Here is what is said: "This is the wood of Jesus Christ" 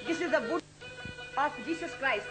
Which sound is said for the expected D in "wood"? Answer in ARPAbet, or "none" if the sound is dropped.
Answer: none